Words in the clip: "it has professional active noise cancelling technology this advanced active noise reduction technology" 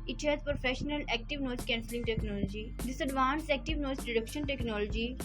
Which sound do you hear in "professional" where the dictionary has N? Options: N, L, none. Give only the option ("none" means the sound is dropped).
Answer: N